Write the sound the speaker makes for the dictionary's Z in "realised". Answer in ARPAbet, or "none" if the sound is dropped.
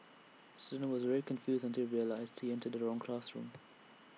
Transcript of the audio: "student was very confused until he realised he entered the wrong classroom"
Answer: Z